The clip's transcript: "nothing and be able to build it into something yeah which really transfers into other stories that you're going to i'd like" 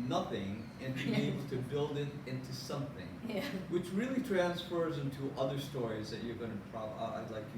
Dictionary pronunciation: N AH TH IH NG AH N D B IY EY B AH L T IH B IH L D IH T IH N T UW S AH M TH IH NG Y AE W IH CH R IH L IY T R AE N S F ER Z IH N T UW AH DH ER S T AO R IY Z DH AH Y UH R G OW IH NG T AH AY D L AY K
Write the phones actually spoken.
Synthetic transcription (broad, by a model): N AH TH IH NG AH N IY EY B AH L T IH B IH L D IH T IH N T UW S AH M TH IH NG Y W IH CH R IH L IY T R AE N S F ER Z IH N T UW AH DH ER S T AO R IY Z DH AH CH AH R G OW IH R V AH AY L AY K